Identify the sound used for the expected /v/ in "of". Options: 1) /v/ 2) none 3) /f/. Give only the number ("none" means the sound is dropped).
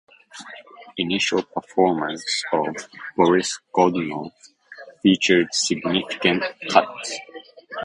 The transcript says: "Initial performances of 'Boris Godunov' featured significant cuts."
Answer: 1